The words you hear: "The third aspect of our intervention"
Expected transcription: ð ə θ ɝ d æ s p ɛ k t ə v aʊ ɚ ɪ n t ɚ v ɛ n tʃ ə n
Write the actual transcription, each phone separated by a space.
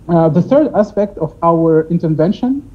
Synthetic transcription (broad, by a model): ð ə θ ɝ d æ s p ɛ k t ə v aʊ ɚ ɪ n t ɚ v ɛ n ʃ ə n